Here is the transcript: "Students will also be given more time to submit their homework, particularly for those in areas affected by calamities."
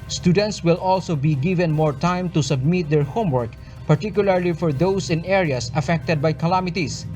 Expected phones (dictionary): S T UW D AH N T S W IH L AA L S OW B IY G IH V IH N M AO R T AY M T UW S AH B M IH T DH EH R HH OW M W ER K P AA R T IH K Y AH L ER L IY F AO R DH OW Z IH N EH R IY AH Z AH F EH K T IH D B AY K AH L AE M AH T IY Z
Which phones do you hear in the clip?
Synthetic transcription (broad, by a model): S T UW D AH N T S W IH L AA L S OW B IY G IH V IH N M AO R T AY M T UW S AH B M IH T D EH R HH OW M W ER K P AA R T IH K Y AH L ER L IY F AO R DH OW S IH N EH R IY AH S AH F EH K T IH D B AY K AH L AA M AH T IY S